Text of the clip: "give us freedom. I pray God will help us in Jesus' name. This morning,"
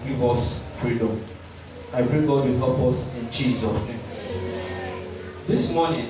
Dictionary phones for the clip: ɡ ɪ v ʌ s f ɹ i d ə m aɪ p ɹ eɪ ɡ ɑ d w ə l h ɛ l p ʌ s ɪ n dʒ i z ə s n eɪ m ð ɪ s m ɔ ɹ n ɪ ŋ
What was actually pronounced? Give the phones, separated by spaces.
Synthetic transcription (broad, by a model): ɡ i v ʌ s f ɹ i d ə m aɪ p ɹ eɪ ɡ ɑ d w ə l h ɛ l p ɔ s ɪ n tʃ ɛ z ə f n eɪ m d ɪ s m ɔ n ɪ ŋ